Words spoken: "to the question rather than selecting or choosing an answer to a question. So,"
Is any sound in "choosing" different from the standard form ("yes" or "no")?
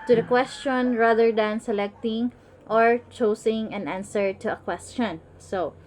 yes